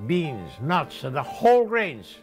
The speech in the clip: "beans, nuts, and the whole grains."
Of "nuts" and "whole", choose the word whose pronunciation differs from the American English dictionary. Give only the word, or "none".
none